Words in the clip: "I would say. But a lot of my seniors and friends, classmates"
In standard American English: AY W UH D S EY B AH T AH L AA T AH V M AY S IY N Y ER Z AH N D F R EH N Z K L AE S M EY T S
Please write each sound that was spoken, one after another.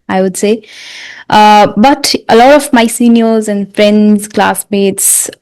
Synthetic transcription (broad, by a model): AY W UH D S EY B AH T AH L AA T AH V M AY S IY N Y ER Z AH N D F R EH N Z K L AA S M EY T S